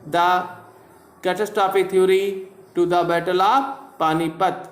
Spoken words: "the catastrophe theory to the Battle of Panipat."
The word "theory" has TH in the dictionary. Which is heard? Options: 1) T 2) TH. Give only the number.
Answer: 1